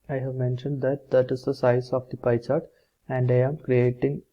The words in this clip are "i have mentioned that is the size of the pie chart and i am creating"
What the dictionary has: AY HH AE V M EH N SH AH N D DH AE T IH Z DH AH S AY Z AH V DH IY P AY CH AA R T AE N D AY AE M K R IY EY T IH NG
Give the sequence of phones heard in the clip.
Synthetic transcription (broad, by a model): AY HH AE V M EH N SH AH N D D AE T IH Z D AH S AY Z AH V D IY P AY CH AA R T AE N D AY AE M K R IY EY T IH NG